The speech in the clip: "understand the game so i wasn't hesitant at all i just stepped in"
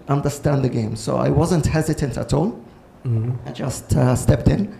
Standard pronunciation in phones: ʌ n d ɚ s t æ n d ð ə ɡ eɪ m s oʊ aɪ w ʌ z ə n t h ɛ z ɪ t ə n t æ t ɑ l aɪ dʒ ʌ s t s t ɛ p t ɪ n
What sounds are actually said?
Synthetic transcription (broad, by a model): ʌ n d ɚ s t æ n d ð ə ɡ eɪ m s oʊ aɪ w ʌ z ə n t h ɛ z ɪ t ə n t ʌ t ɑ l aɪ dʒ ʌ s t s t ɛ p t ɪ n